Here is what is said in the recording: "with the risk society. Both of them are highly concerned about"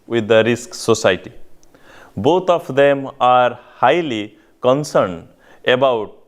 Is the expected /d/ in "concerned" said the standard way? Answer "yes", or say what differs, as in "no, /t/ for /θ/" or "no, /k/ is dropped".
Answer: yes